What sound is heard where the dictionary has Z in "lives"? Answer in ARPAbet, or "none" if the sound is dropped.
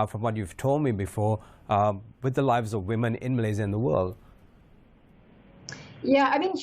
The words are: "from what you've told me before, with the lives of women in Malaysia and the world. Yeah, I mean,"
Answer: Z